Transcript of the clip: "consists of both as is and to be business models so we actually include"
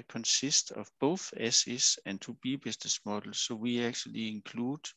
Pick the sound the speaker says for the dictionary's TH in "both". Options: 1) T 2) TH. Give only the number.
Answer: 2